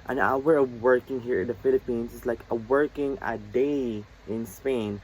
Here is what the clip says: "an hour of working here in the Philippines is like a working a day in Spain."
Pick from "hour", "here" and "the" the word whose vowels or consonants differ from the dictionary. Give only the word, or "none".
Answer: hour